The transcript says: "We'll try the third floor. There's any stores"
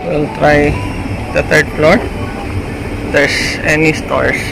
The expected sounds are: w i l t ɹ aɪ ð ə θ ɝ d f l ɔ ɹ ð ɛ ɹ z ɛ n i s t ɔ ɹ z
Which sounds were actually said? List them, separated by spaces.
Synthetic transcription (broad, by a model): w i l t ɹ aɪ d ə t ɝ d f l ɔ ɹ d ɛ ɹ s ɛ n i s t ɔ ɹ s